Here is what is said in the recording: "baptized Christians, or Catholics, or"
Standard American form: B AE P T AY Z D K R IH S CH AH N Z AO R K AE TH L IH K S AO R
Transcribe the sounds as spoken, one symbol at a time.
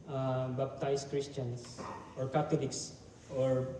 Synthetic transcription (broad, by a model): B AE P T AY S K R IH S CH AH N S AO R K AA T L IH K S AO R